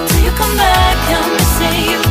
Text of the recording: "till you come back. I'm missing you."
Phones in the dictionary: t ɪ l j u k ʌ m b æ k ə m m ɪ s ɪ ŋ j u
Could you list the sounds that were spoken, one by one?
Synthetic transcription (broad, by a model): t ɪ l j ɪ k ʌ m b æ k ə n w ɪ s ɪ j